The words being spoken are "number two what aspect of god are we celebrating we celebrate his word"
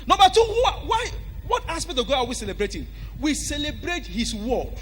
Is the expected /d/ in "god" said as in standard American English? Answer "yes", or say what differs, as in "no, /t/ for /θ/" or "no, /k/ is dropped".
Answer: no, /d/ is dropped